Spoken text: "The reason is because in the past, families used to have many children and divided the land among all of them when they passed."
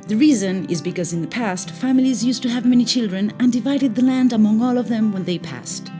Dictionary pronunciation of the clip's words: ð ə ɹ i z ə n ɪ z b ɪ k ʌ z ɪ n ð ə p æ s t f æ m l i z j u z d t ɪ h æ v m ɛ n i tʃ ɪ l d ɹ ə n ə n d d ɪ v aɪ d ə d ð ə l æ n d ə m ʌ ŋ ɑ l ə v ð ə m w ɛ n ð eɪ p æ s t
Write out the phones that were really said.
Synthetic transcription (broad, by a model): ð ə ɹ i z ə n ɪ z b ɪ k ʌ z ɪ n ð ə p æ s t f æ m l i z j u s t ɪ v m ɛ n i tʃ ɪ l d ɹ ə n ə n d d ɪ v aɪ d ə d ð ə l æ n d ə m ʌ ŋ ɑ l ə v ð ə m w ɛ n ð eɪ p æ s t